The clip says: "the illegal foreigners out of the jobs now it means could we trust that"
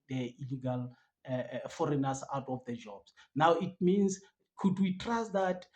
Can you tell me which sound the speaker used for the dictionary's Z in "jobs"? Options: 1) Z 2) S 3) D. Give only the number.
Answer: 2